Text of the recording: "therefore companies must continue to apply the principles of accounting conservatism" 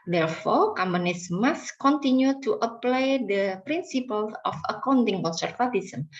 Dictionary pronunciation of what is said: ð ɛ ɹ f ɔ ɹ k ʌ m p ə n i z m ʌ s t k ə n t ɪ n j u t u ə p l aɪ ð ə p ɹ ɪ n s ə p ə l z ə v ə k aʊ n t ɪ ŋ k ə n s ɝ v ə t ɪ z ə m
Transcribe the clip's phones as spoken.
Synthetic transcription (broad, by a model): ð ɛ ɹ f ɔ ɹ k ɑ m ə n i s m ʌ s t k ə n t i n j u t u ə p l aɪ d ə p ɹ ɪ n s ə p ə l s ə f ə k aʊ n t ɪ ŋ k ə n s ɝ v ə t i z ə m